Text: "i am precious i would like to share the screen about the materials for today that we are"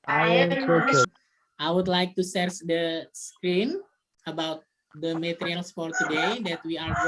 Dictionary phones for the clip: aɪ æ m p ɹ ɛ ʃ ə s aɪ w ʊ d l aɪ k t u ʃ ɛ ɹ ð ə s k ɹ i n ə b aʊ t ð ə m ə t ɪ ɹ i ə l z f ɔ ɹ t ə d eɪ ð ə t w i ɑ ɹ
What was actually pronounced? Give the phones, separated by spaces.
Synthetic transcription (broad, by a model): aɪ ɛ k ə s aɪ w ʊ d l aɪ k t u s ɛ ɹ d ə s k ɹ i n ə b aʊ t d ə m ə t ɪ ɹ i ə l s f ɔ ɹ t ə d eɪ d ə t w i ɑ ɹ